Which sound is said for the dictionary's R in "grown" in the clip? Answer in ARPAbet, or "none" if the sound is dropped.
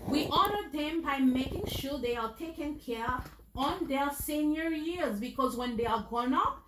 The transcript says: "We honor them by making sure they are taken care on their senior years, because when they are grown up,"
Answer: none